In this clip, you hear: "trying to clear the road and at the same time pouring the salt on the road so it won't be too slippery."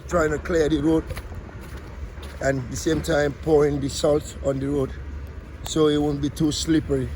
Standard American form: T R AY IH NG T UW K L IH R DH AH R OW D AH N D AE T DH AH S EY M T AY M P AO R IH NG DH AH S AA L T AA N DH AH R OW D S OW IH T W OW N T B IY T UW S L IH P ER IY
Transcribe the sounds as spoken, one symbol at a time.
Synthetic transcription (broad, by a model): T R AY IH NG T UW K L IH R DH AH R OW D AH N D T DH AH S EY M T AY M P AO R IH NG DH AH S AA L T AA N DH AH R OW D S OW IH T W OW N B IY T UW S L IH P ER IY